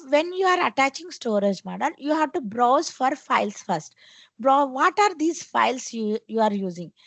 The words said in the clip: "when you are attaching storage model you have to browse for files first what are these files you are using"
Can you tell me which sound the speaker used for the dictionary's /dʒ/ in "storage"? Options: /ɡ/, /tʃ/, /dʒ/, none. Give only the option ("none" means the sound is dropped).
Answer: /dʒ/